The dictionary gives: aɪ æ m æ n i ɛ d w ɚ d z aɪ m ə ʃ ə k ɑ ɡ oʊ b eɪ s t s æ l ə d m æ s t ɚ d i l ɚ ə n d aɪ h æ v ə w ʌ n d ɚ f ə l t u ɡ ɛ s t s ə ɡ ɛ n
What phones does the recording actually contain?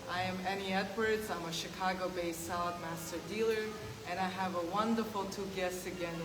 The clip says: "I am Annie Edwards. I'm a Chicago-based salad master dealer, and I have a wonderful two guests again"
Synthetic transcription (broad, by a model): aɪ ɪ m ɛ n i ɛ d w ɚ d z aɪ m ə ʃ ə k ɑ ɡ oʊ b eɪ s s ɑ ə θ m æ s t ɚ d i l ɚ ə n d aɪ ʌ v ə w ʌ n d ɚ f l t u ɡ ɛ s s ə ɡ ɛ n